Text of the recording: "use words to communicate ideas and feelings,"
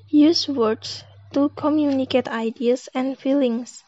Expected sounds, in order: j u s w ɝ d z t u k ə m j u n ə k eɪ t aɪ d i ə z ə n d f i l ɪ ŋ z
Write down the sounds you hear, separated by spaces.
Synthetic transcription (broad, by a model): j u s w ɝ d s t u k ə m j u n ə k eɪ t aɪ d i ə s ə n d f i l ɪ ŋ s